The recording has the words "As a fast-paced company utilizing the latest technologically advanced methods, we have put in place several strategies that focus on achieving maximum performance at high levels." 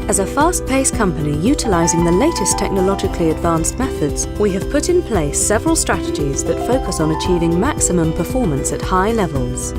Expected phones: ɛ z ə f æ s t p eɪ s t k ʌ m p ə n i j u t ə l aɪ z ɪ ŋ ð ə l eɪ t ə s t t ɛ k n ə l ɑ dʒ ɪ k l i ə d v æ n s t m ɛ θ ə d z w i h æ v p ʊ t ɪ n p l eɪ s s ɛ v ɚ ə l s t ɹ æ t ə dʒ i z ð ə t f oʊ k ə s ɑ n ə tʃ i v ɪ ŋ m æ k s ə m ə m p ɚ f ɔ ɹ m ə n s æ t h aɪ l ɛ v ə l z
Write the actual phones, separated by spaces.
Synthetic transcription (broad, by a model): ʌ z ə f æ s t p eɪ s k ʌ m p ə n i j u t ə l aɪ z ɪ ŋ ð ə l eɪ t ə s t t ɛ k n ə l ɑ dʒ ɪ k l i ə d v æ n s t m ɛ θ ə d z w i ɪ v p ʊ t ɪ n p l eɪ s s ɛ v ɚ ə l s t ɹ æ t ə dʒ i z ð ə t f oʊ k ə s n ə tʃ i v ɪ ŋ m æ k s ə m ə m p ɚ f ɔ ɹ m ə n s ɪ t h aɪ l ɛ v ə l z